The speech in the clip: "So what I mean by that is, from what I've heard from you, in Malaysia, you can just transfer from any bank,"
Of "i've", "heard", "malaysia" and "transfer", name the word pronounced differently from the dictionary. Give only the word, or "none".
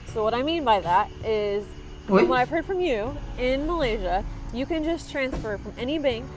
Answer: none